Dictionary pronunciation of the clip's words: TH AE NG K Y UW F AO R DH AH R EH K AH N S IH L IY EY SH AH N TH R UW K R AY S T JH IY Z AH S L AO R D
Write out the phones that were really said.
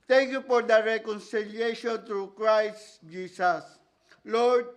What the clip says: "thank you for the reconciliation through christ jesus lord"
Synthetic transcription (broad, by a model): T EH NG K Y UW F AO R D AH R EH K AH N S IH L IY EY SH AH N T R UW K R AY S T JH IY S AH S L AO R D